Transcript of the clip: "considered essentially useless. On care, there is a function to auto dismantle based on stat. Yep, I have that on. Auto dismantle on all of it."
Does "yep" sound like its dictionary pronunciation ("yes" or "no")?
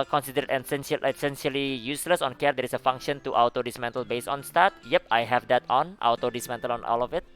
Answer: yes